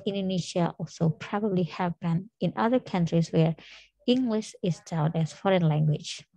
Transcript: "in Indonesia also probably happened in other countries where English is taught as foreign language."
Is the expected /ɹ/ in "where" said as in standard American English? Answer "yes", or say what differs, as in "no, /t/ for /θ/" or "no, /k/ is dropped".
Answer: yes